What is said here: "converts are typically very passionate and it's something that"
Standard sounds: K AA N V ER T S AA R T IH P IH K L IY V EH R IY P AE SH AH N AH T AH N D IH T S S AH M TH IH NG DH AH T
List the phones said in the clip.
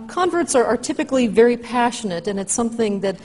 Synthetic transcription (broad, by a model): K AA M V ER T S AA R T IH P IH K L IY V EH R IY P AE SH AH N AH T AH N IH T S S AH M TH IH NG DH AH T